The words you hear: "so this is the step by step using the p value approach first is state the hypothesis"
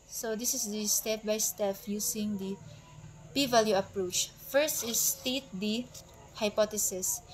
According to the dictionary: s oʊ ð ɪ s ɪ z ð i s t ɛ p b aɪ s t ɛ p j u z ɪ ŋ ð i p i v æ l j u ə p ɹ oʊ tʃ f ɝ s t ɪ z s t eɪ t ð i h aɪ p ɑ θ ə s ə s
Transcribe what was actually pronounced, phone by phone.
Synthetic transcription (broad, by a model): s oʊ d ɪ s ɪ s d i s t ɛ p b aɪ s t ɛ f j u s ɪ ŋ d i p i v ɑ l j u ə p ɹ oʊ tʃ f ɝ s t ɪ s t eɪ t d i h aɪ p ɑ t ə s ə s